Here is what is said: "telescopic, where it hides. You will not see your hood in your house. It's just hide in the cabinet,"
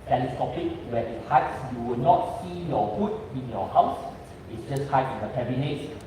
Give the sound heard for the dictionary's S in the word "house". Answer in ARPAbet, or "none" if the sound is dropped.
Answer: S